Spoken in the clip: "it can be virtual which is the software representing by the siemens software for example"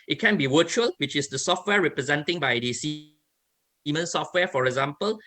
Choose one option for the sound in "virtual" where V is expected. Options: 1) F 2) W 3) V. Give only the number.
2